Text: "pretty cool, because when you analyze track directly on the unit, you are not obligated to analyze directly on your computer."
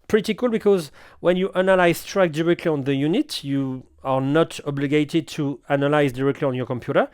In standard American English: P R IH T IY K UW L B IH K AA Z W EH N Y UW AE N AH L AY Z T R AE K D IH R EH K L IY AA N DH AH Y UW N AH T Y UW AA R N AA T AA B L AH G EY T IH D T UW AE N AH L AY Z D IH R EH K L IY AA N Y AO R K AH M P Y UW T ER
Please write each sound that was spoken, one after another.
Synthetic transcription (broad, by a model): P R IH T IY K UW L B IH K AA Z W EH N Y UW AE N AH L AY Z T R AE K D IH R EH K L IY AA N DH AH Y UW N AH T Y UW AA R N AA T AA B L AH G EY T IH D T UW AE N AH L AY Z D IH R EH K L IY AA N Y AO R K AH M P Y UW T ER